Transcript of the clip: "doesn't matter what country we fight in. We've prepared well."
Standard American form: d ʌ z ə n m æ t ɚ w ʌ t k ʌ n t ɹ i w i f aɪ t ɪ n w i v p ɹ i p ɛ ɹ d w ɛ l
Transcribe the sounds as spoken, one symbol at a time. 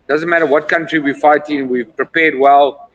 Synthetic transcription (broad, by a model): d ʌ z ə n m æ t ɚ w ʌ t k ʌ n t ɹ i w i f aɪ t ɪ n w i v p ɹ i p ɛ d w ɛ l